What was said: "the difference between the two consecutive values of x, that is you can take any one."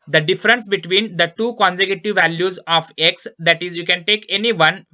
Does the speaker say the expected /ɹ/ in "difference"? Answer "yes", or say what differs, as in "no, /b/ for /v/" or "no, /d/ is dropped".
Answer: yes